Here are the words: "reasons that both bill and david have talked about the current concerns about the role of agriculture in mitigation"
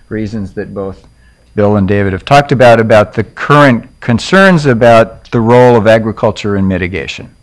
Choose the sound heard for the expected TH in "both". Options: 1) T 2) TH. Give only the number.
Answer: 2